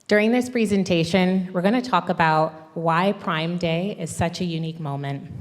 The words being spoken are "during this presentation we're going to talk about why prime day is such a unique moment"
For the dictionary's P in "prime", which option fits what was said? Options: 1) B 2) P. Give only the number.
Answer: 2